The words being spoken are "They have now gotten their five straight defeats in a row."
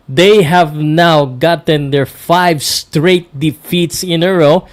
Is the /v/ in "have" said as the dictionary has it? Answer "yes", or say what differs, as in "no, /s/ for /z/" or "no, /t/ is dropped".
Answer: yes